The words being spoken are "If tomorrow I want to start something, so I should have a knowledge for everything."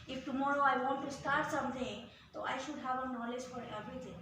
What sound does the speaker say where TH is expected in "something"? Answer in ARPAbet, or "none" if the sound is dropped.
T